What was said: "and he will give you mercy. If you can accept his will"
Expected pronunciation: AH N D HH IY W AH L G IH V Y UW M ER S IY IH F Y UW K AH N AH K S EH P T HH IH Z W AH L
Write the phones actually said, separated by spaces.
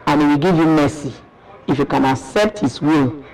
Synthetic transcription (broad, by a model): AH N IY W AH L G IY V Y UW M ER S IY IH F Y UW K AH N AH K S EH P T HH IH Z W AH L